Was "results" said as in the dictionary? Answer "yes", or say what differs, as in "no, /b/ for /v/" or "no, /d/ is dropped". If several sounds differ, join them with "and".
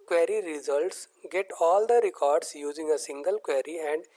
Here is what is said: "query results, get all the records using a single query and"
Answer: yes